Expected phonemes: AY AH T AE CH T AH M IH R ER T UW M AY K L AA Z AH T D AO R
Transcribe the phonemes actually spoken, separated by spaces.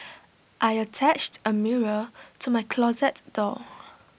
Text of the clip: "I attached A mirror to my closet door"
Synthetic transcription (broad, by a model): AY AH T AE CH T AH M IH R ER T UW M AY K L AA Z AH T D AO